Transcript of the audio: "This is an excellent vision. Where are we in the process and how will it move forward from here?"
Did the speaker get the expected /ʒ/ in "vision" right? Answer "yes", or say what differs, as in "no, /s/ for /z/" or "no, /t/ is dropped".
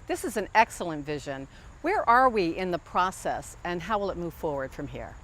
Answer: yes